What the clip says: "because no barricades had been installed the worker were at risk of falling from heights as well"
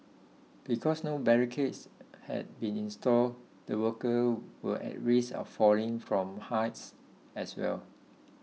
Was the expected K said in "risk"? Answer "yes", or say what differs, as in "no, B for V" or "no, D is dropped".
no, K is dropped